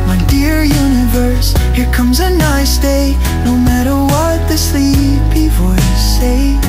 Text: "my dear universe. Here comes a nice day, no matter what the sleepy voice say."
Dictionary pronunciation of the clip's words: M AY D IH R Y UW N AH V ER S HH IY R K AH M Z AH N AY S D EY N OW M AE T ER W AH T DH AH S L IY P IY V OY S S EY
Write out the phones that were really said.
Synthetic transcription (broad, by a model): M AY D IH R Y UW N AH V ER S HH IY R K AH M Z AH N AY S D EY N OW M AE T ER W AH T DH AH S L IY B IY F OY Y S EY